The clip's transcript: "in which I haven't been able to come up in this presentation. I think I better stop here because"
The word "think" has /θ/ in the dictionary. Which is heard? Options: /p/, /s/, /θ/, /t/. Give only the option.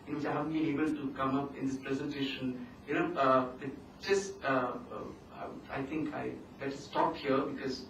/t/